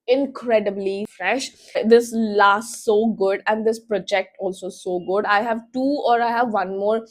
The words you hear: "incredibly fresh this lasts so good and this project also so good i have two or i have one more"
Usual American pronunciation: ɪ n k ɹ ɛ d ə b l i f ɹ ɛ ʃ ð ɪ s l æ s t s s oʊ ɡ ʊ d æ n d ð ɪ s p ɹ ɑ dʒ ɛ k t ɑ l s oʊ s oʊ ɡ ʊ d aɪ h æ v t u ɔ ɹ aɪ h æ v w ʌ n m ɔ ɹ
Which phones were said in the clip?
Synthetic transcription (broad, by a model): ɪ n k ɹ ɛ d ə b l i f ɹ ɛ ʃ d ɪ s l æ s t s s oʊ ɡ ʊ d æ n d ɪ s p ɹ ɑ dʒ ɛ k t ɑ l s oʊ s oʊ ɡ ʊ d aɪ h æ v t u ɔ ɹ aɪ h æ v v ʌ n m ɔ ɹ